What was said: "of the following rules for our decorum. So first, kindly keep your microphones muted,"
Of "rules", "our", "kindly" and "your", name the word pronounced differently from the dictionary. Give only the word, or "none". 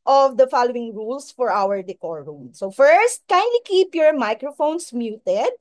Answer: rules